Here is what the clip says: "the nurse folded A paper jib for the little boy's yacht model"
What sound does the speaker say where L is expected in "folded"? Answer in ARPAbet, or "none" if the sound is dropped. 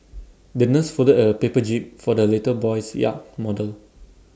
none